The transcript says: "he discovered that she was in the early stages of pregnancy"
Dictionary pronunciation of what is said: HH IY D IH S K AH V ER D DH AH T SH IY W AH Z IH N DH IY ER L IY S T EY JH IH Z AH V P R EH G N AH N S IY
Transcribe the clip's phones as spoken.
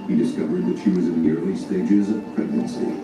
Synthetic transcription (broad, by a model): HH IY D IH S K AH V ER D DH AH T SH IY W AH Z IH N DH IY ER L IY S T EY JH IH Z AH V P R EH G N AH N S IY